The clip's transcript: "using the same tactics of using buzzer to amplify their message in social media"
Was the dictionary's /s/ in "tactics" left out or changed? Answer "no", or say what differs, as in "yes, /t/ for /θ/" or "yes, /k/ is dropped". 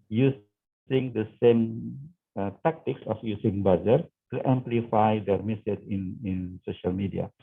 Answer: yes, /s/ is dropped